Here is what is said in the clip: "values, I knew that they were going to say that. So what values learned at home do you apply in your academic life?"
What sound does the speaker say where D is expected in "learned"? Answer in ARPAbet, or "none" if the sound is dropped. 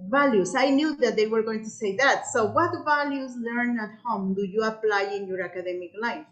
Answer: none